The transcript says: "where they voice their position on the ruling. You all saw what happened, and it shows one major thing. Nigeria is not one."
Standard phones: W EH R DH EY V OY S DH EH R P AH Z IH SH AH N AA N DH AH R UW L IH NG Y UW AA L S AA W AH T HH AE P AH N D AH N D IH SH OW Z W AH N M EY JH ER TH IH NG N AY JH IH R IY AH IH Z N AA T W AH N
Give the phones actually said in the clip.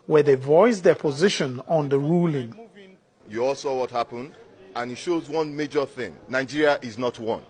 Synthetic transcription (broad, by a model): W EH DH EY V OY S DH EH P AH Z IH SH AH N AA N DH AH R UW L IH NG Y UW AA L S AA W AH T HH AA P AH N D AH N IH SH OW Z W AH N M EY JH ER TH IH NG N AY JH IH R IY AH IH Z N AA T W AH N